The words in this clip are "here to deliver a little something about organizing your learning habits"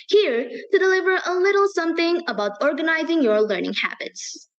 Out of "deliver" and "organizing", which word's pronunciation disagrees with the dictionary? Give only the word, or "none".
none